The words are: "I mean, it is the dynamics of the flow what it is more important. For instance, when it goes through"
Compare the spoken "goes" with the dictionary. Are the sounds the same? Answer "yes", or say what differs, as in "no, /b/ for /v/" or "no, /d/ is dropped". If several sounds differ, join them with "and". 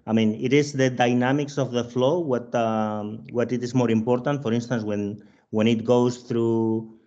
no, /s/ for /z/